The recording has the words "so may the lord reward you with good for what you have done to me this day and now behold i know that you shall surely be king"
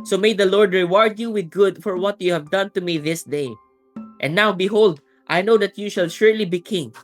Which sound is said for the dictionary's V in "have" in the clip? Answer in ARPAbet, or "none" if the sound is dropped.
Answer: V